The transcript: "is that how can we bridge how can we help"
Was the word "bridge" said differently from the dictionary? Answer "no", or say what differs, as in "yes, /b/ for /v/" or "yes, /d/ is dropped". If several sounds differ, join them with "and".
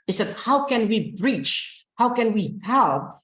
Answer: yes, /tʃ/ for /dʒ/